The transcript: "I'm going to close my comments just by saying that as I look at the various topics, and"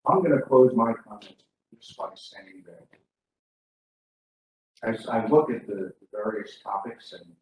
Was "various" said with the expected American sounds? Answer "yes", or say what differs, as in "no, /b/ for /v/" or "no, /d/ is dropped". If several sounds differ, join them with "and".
yes